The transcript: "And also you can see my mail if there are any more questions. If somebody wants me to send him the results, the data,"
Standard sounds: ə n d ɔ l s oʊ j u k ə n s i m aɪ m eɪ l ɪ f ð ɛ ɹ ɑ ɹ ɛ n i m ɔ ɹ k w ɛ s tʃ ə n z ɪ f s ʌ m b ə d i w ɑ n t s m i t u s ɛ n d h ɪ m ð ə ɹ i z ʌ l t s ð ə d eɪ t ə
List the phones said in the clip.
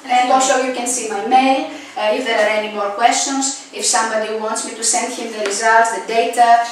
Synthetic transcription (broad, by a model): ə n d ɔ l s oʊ j u k ə n s i m aɪ m eɪ l ɪ f ð ɛ ɹ ɑ ɹ ɛ n i m ɔ ɹ k w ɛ s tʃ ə n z ɪ f s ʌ m b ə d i w ɑ n t s m i t u s ɛ n d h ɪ m ð ə ɹ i z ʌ l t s ð ə d eɪ t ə